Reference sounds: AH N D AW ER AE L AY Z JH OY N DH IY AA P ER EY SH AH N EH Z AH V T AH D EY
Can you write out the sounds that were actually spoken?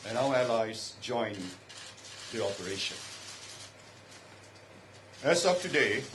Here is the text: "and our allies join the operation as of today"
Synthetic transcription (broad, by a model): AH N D AW ER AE L AY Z JH OY N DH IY AA P ER EY SH AH N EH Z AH P T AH D EY